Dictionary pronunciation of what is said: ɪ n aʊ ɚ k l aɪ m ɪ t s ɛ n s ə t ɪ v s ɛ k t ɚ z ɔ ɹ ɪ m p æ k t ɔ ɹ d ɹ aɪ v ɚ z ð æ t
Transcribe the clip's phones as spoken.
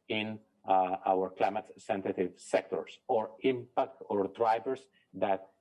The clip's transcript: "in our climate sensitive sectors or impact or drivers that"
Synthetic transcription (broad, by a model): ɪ n aʊ ɚ k l aɪ m ɪ t s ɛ n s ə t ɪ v s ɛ k t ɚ s ɔ ɹ ɪ m p æ k t ɔ ɹ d ɹ aɪ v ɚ s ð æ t